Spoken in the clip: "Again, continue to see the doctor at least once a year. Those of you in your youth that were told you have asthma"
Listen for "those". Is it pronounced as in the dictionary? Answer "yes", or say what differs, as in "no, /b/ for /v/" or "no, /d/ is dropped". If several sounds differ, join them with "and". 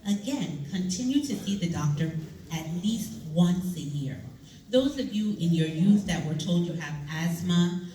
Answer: yes